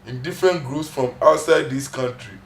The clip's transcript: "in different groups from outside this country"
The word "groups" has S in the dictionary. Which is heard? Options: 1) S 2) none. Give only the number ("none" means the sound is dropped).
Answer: 1